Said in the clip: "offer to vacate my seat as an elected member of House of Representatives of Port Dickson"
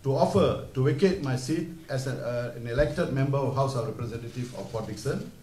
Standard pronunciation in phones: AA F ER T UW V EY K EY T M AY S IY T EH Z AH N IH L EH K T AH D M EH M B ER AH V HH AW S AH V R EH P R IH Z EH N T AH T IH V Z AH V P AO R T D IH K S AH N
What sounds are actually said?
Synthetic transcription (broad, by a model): AA F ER T UW W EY K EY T M AY S IY T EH S AH N IH L EH K T AH D M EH M B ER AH HH AW S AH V R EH P R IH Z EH N T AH T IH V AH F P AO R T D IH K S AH N